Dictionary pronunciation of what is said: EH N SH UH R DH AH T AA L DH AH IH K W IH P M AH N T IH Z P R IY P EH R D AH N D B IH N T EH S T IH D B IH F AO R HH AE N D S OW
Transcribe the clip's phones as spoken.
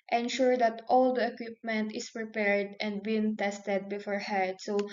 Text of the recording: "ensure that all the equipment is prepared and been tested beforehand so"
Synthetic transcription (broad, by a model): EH N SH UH R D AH T AA L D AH IH K W IH P M AH N T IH S P R IY P EH R D AH N D B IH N T EH S T IH D B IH F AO R HH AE D S OW